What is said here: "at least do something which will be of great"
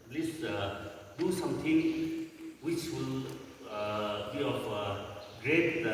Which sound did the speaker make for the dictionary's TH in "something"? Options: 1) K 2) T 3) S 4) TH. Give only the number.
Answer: 2